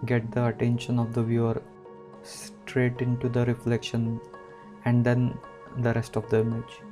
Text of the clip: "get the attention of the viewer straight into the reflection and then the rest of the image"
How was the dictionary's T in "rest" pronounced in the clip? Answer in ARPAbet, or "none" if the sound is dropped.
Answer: T